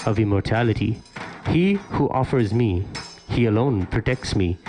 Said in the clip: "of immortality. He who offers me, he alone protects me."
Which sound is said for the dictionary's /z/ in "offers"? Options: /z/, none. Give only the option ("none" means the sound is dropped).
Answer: /z/